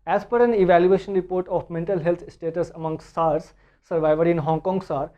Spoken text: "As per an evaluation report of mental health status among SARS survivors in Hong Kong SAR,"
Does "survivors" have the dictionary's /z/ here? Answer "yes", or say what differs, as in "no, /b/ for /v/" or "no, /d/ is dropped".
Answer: no, /z/ is dropped